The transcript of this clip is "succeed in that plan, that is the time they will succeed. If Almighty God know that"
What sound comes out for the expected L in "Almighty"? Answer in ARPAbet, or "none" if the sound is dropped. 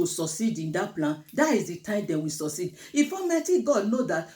none